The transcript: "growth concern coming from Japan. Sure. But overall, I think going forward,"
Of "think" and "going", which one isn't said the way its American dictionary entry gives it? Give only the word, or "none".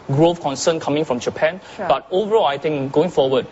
think